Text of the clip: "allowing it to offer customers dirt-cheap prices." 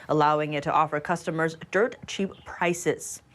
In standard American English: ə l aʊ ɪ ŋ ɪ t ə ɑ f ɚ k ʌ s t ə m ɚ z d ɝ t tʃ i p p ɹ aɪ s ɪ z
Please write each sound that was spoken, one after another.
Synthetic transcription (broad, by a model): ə l aʊ ɪ ŋ ɪ t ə ɑ f ɚ k ʌ s t ə m ɚ z d ɝ t tʃ i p p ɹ aɪ s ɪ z